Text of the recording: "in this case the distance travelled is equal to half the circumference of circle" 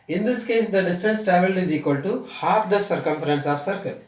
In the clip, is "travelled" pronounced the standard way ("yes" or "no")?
no